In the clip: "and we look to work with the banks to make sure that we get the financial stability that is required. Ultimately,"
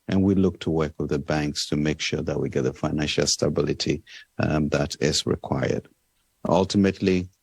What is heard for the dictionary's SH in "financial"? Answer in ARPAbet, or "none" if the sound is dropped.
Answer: SH